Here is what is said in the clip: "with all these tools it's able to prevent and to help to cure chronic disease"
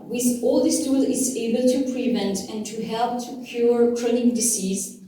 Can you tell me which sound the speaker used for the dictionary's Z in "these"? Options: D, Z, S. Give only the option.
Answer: S